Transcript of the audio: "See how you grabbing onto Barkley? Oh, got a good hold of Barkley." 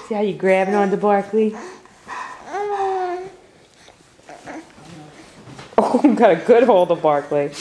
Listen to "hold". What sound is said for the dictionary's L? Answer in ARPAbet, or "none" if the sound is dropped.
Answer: L